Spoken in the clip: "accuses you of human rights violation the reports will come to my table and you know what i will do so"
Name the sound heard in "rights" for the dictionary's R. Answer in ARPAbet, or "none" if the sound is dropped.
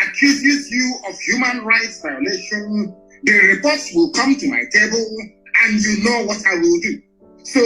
R